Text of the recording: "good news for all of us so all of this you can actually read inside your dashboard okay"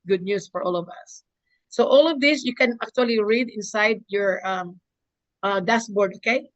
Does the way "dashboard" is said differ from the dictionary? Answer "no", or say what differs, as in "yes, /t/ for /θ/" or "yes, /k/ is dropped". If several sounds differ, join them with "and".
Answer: yes, /s/ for /ʃ/